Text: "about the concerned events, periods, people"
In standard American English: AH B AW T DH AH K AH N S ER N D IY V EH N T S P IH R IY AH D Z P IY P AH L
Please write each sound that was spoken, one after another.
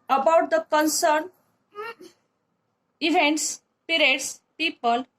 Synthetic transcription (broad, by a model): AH B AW T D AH K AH N S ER N IY V EH N T S P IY R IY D S P IY P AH L